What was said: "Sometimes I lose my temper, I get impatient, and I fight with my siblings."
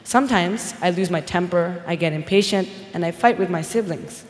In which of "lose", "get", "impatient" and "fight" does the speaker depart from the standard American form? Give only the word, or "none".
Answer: none